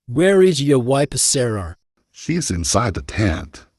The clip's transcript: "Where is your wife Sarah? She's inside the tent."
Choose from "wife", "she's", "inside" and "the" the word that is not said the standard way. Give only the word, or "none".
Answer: wife